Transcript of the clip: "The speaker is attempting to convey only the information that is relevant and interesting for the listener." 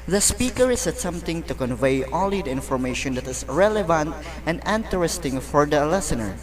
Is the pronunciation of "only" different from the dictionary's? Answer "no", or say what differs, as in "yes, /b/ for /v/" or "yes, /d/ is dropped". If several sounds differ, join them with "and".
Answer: yes, /n/ is dropped